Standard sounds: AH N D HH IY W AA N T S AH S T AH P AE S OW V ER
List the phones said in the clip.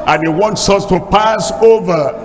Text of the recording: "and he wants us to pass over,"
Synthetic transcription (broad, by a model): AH N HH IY W AA N T S AH S T AH P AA S OW V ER